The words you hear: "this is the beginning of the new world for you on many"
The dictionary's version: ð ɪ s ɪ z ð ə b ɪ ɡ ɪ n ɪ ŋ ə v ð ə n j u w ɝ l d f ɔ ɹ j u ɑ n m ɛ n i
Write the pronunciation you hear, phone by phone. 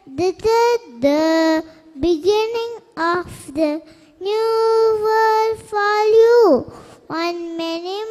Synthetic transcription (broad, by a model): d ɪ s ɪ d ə b ɪ ɡ ɪ n ɪ ŋ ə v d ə n j u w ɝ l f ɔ l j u ɑ n m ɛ n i